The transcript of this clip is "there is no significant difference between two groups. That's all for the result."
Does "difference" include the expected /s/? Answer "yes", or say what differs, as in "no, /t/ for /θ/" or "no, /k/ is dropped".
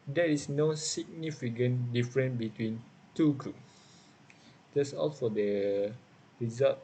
no, /s/ is dropped